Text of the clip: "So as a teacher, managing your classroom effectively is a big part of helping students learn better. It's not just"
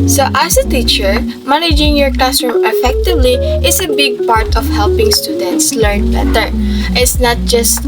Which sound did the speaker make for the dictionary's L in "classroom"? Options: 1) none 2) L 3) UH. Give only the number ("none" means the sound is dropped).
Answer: 1